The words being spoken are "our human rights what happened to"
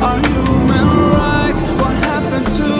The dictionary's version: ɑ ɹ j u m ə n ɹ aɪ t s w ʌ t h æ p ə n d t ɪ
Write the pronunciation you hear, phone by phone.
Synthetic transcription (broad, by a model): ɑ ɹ j u m ə n ɹ aɪ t w ʌ t h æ p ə n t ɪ